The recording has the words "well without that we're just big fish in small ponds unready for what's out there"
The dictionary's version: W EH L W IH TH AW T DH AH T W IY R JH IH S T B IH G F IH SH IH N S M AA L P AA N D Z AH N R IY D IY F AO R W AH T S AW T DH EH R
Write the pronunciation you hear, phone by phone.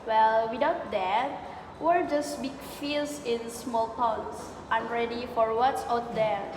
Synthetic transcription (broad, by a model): W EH L W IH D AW T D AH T W IY R JH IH S B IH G F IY S IH N S M AA L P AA N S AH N R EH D IY F AO R W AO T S AW T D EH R